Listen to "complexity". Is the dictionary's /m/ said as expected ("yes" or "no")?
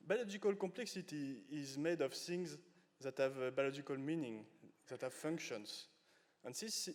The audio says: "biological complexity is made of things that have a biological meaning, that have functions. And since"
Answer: yes